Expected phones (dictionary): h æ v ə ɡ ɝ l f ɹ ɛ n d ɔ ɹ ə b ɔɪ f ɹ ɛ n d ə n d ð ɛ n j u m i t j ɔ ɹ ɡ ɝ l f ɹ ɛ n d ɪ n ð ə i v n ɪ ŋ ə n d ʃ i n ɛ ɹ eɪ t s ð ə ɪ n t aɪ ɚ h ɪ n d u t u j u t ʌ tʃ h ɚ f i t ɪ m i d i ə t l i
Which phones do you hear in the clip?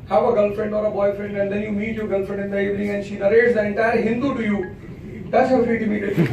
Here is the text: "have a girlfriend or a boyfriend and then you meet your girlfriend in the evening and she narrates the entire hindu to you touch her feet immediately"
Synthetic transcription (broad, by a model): h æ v ə ɡ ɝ l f ɹ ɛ n d ɔ ɹ ə b ɔɪ f ɹ ɛ n d ə n d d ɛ n j u m i t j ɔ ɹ ɡ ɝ l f ɹ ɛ n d ɪ n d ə i v n ɪ ŋ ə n ʃ i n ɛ ɹ eɪ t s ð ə ɪ n t aɪ ɚ h ɪ n d u t u j u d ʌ s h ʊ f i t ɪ m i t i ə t